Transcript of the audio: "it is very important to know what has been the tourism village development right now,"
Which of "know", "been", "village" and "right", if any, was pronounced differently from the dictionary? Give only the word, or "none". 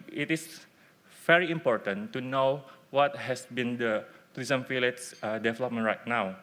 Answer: village